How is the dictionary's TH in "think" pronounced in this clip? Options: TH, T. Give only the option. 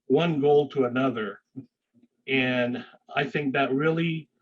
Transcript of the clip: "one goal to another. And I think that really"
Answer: TH